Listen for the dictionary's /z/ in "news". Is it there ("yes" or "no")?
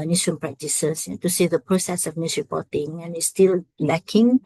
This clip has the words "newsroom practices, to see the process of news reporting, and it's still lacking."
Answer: no